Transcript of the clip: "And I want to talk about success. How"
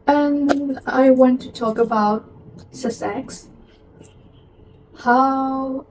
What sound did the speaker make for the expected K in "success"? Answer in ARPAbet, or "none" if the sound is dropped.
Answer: none